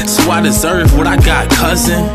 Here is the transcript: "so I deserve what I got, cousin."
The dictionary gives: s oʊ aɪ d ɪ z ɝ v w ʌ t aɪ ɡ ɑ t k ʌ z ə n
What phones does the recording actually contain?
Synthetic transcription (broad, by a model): s oʊ aɪ d ɪ z ɝ v w ʌ t aɪ ɡ ɑ t k ʌ z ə n